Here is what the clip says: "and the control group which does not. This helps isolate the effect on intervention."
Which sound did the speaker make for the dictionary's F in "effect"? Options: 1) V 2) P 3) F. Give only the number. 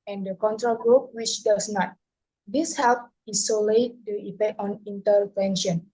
2